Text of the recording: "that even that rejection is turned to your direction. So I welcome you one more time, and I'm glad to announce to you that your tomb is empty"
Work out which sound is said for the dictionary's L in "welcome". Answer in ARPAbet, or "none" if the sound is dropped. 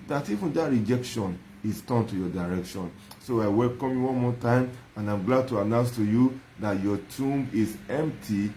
L